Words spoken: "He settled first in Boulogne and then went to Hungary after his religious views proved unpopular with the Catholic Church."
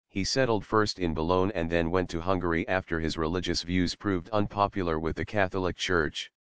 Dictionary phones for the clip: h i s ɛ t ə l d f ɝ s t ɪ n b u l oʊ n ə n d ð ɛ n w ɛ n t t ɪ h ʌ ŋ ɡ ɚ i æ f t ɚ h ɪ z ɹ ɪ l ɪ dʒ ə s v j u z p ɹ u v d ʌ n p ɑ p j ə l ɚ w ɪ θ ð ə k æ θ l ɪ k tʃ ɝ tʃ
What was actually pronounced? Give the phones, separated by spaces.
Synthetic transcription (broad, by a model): h i s ɛ t l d f ɝ s t ɪ n b u l oʊ n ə n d ð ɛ n w ɛ n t t ɪ h ʌ ŋ ɡ ɚ i æ f t ɚ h ɪ z ɹ ɪ l ɪ dʒ ə s v j u z p ɹ u v d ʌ n p ɑ p j l ɚ w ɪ ð ə k æ θ l ɪ k tʃ ɝ tʃ